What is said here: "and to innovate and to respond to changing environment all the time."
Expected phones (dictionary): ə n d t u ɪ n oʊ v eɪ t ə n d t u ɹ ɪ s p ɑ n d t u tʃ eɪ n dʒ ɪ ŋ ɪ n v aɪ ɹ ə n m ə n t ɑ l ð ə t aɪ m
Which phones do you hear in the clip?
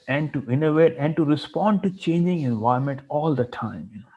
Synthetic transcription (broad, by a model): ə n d t u ɪ n oʊ v eɪ t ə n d t u ɹ ɪ s p ɑ n d t u tʃ eɪ n dʒ ɪ ŋ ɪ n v aɪ ə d m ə n t ɑ l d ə t aɪ m